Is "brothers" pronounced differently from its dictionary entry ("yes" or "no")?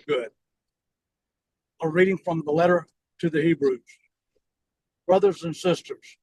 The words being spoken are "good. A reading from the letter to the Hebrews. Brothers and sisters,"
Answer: no